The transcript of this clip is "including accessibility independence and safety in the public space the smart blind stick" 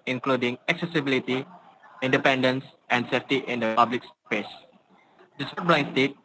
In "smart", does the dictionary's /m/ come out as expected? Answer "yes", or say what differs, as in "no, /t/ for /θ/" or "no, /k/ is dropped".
no, /m/ is dropped